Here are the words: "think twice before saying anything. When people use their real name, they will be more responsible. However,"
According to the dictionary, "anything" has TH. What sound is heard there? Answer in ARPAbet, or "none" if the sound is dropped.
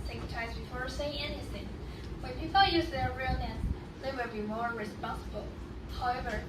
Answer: TH